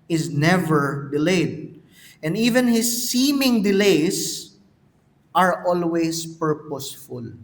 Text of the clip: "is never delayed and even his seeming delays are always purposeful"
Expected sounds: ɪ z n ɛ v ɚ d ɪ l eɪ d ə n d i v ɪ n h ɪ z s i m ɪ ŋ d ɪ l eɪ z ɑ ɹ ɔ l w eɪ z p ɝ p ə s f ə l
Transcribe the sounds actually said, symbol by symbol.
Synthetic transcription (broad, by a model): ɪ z n ɛ v ɚ d ɪ l eɪ d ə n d i v ɪ n h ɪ s i m ɪ ŋ d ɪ l eɪ s ɑ ɹ ɔ l w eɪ s p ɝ p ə s f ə l